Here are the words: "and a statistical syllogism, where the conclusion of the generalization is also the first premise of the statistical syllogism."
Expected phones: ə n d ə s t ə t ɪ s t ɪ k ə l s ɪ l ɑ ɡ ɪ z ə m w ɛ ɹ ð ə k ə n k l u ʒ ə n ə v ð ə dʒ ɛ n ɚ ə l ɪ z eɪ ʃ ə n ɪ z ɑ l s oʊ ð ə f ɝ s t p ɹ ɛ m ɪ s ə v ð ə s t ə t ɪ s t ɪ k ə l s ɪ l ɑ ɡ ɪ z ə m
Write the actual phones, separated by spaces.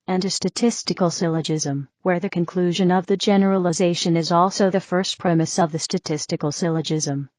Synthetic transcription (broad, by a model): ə n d ə s t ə t ɪ s t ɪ k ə l s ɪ l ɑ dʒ ɪ z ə m w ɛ ɹ ð ə k ə n k l u ʒ ə n ə v ð ə dʒ ɛ n ɚ ə l ɪ z eɪ ʃ ə n ɪ z ɑ l s oʊ ð ə f ɝ s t p ɹ ɛ m ɪ s ə v ð ə s t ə t ɪ s t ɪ k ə l s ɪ l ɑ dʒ ɪ z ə m